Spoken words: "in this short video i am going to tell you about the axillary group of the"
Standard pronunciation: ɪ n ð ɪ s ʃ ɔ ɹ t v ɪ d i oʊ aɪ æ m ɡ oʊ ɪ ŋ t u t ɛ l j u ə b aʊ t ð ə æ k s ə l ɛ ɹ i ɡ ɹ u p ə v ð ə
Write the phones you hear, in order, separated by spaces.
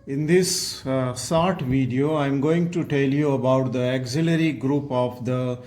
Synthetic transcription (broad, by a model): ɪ n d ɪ s s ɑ ɹ t v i d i oʊ aɪ m ɡ oʊ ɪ ŋ t u t ɛ l j u ə b aʊ t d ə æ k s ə l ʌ ɹ i ɡ ɹ u p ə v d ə